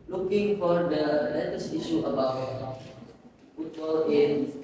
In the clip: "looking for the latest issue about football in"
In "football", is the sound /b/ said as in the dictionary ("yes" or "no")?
no